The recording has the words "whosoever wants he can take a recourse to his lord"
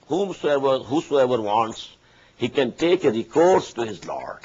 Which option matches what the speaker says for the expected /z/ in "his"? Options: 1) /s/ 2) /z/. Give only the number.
2